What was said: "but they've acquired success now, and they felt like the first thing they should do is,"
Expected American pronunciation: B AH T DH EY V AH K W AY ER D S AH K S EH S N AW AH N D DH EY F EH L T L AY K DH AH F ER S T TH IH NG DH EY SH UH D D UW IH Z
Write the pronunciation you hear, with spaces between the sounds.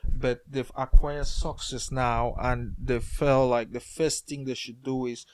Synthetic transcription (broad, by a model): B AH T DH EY AH K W AY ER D S AH K S EH S N AW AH N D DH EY F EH L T L AY K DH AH F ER S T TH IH NG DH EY SH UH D D UW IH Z